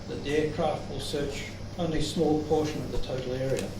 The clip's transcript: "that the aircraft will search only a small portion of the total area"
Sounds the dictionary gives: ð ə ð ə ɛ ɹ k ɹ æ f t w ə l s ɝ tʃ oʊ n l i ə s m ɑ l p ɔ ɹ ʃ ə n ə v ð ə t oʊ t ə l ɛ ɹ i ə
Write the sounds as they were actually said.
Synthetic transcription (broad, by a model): ð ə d ɛ ɹ k ɹ æ f t w ə l s ɝ tʃ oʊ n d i ə s m ɑ l p ɔ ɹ ʃ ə n ə v ð ə t oʊ t l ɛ ɹ i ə